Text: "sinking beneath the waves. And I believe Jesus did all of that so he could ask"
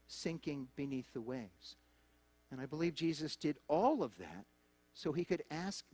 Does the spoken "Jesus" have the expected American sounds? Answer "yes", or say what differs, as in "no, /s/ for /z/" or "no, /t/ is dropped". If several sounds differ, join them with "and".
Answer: yes